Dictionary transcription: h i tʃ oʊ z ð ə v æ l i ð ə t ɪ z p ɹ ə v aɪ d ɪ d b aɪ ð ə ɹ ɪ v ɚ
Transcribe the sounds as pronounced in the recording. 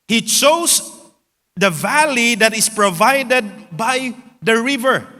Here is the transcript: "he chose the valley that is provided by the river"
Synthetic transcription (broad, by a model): h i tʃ oʊ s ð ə v æ l i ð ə t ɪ s p ɹ ə v aɪ d ɪ d b aɪ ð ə ɹ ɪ v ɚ